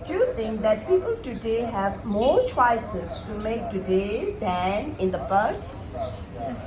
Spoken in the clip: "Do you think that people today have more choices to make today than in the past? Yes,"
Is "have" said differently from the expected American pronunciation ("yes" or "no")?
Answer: no